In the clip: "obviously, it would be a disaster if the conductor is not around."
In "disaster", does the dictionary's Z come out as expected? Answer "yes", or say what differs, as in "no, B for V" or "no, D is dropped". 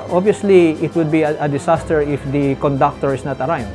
no, S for Z